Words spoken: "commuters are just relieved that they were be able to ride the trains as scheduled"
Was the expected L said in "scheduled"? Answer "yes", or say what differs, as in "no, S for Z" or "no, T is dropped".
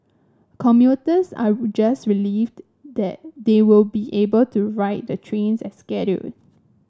no, L is dropped